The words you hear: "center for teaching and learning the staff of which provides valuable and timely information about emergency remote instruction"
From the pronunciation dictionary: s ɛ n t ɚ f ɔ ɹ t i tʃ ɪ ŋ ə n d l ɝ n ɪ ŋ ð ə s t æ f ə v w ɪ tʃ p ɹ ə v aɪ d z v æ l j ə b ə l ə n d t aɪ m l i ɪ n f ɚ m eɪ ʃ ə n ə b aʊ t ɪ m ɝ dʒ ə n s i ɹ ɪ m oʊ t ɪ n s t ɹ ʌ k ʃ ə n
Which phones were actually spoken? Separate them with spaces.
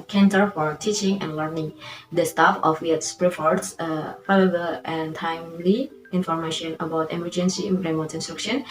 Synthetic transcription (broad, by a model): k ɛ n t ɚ f ɔ ɹ t i tʃ ɪ ŋ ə n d l ɝ n ɪ ŋ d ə s t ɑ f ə f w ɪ s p ɹ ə f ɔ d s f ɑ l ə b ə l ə n t aɪ m l i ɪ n f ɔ m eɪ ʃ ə n ə b aʊ t ɪ m ɝ dʒ ə n s i ɹ ɪ m oʊ t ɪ n s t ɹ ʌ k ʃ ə n